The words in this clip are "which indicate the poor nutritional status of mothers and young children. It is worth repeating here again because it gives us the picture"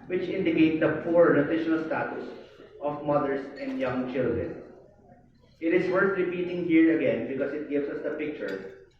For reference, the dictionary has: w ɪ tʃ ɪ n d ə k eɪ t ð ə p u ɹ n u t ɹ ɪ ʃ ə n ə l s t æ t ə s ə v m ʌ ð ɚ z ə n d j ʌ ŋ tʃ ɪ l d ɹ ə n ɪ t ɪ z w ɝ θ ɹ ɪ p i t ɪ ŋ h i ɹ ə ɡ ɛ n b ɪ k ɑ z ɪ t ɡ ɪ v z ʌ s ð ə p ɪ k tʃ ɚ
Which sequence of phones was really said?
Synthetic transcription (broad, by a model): w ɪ tʃ ɪ n d ə k eɪ t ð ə p u ɹ n u t ɹ ɪ ʃ ə n ə l s t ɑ t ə s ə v m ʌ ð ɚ s ə n d j ʌ ŋ tʃ ɪ l d ɹ ə n ɪ t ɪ s w ɝ θ ɹ ɪ p i t ɪ ŋ h i ɹ ə ɡ ɛ n b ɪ k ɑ s ɪ t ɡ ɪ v s ʌ s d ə p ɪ k tʃ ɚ